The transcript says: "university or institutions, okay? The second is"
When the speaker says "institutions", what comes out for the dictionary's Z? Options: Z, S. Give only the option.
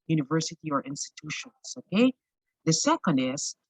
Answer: S